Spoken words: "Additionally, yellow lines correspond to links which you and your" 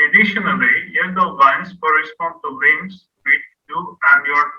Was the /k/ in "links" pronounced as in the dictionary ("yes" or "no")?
no